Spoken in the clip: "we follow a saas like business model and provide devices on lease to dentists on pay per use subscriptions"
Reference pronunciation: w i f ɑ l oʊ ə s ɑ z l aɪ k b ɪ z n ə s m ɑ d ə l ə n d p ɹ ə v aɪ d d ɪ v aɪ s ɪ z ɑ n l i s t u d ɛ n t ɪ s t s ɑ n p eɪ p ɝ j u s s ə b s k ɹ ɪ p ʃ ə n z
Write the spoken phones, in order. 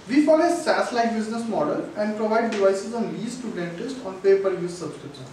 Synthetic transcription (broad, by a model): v i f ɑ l ə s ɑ s l aɪ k b ɪ z n ə s m ɑ d ə l ə n d p ɹ ə v aɪ d d ɪ v aɪ s ɪ z ɑ n l i s t u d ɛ n t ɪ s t ɑ n p eɪ p ɝ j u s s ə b s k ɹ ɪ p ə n